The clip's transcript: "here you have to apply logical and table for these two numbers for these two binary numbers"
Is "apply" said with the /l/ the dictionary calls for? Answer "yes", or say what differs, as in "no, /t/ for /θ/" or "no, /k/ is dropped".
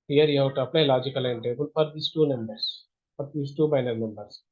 no, /n/ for /l/